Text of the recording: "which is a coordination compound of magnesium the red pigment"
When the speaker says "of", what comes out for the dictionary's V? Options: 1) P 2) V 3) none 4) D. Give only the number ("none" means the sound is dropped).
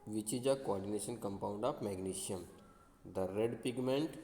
1